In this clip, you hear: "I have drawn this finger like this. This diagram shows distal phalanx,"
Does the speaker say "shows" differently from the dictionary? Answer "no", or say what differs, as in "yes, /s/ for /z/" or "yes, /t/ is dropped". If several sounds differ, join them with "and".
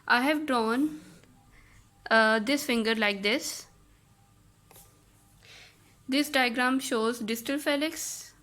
no